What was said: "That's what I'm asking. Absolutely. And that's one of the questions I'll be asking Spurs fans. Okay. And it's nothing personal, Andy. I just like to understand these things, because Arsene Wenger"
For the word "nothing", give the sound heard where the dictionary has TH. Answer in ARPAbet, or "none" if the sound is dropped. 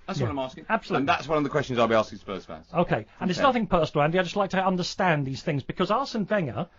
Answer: TH